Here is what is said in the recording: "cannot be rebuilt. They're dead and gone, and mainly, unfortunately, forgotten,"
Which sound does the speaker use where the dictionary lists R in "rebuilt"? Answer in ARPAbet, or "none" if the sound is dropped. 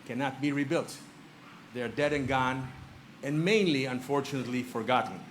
R